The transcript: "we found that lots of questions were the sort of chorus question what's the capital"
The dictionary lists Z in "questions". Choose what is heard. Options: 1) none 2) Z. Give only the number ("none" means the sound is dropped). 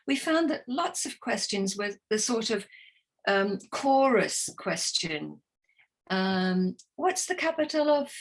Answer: 2